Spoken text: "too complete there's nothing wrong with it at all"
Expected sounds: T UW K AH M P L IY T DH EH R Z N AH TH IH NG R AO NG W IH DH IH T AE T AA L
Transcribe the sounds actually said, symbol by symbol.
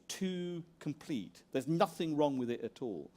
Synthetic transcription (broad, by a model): T UW K AH M P L IY T DH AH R Z N AH TH IH NG R AO NG W IH DH IH T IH T AA L